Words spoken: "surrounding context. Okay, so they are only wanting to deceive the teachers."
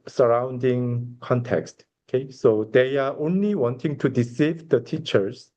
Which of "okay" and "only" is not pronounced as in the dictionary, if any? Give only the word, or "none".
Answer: none